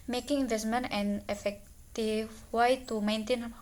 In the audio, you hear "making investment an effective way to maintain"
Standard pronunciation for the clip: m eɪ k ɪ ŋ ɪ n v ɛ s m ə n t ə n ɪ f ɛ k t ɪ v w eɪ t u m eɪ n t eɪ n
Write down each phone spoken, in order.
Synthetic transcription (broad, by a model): m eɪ k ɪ ŋ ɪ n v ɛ s m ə n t ə n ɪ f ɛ k t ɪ f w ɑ t u m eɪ n t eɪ n